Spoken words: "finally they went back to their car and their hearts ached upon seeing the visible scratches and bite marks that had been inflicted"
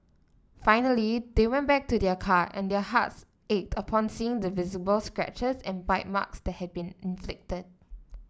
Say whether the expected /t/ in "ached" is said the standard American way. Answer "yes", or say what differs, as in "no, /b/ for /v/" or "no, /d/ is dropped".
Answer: yes